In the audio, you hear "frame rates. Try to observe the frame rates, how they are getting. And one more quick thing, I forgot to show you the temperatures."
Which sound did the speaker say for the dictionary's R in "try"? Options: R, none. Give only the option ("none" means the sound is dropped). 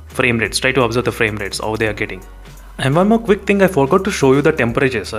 R